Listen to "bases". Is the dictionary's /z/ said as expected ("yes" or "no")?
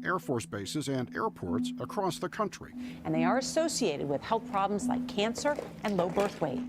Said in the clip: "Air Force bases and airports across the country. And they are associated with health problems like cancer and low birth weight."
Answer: yes